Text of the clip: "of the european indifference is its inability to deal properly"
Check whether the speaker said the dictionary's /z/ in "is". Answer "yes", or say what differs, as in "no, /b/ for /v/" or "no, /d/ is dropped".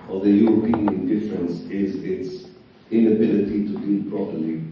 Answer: yes